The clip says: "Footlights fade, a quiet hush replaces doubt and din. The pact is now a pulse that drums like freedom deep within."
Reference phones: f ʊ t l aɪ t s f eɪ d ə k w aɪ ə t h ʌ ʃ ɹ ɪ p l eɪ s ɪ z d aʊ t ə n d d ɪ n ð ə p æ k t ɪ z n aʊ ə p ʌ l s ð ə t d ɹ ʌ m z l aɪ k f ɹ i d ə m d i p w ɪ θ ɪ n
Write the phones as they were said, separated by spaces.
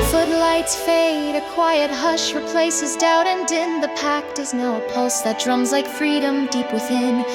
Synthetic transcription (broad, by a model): f ʊ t l aɪ t s f eɪ d ə k w aɪ ə t h ʌ ʃ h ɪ p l eɪ s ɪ z d aʊ t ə n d d ɪ n ð ə p æ k t ɪ z n aʊ ə p ʌ l s ð ə t d ɹ ʌ m z l aɪ k f ɹ i d ə m d i p w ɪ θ ɪ n